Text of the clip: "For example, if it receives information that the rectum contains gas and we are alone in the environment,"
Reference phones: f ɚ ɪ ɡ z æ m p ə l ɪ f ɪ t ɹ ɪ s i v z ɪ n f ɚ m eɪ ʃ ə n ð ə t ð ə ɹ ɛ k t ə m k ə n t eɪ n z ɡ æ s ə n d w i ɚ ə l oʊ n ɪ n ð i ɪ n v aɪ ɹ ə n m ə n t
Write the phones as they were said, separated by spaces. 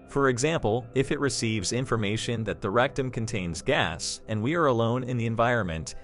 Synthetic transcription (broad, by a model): f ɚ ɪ ɡ z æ m p l ɪ f ɪ t ɹ ɪ s i v z ɪ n f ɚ m eɪ ʃ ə n ð ə t ð ə ɹ ɛ k t ə m k ə n t eɪ n z ɡ æ s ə n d w i ɚ ə l oʊ n ɪ n ð i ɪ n v aɪ ɹ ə n m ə n t